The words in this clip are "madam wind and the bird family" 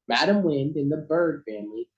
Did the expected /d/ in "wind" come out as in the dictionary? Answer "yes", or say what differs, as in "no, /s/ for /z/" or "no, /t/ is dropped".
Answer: yes